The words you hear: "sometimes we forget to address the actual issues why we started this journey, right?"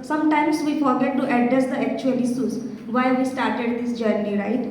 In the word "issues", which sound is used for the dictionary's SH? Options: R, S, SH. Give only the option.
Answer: S